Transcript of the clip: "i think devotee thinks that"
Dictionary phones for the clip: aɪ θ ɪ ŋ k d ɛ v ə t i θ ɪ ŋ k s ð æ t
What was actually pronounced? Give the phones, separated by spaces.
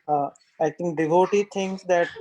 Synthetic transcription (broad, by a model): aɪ t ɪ ŋ k d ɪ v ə t i t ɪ ŋ k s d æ t